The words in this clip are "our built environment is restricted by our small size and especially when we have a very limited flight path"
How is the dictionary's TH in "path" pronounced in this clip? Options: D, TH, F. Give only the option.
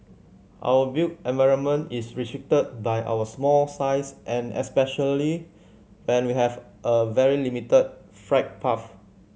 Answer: F